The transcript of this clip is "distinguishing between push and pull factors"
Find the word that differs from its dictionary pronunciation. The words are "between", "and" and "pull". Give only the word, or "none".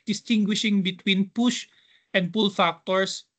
none